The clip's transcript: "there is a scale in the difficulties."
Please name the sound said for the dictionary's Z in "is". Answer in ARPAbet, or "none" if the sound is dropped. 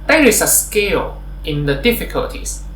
S